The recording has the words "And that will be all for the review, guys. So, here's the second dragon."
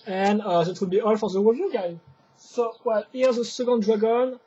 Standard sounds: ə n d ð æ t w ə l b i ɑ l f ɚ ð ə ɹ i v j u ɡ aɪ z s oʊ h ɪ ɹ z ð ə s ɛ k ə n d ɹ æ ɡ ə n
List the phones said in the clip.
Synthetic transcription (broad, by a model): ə n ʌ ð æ t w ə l b i ɑ l f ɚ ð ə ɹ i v j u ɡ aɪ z s oʊ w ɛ l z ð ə s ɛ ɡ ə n d ɹ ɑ ɡ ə n